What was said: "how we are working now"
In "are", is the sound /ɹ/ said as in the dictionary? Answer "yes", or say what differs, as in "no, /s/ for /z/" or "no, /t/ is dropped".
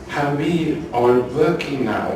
no, /l/ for /ɹ/